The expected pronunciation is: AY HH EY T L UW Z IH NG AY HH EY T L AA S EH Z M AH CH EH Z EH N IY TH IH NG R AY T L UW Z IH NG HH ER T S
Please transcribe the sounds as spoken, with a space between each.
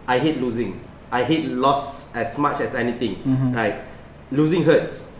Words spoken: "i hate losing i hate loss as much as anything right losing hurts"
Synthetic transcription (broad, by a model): AY HH EY T L UW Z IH NG AY HH EY T L AA S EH S M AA CH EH S EH N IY T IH NG R AY T L UW Z IH NG HH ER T S